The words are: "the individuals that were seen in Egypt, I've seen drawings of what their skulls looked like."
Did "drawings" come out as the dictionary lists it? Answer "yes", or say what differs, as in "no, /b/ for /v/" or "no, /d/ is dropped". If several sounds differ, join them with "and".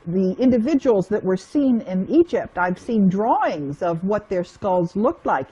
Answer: yes